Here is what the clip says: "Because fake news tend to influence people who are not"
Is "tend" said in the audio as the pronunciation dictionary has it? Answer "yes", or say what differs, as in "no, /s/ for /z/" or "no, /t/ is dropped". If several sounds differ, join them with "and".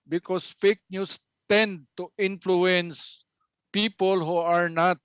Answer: yes